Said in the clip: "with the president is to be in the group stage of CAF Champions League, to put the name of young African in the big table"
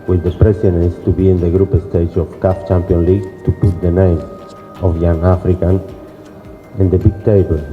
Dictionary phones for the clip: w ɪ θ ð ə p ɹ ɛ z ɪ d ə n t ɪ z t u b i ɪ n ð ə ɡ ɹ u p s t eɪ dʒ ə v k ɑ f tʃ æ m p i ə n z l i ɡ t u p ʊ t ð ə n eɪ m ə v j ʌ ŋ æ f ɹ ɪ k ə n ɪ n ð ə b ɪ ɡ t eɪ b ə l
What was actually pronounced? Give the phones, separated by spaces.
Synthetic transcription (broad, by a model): w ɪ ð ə p ɹ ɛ s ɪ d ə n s t u b i ɪ n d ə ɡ ɹ u p s t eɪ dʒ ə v k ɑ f tʃ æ m p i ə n l i ɡ t u p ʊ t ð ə n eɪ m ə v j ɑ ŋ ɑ f ɹ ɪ k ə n ɪ n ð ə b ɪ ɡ t eɪ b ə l